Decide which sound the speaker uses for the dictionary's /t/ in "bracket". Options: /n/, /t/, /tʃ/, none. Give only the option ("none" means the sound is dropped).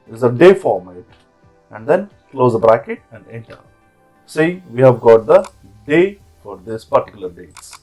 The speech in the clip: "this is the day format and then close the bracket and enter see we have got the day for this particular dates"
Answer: /t/